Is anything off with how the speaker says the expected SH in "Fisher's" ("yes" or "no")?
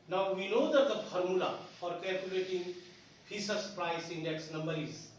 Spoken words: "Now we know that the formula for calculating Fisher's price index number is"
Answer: yes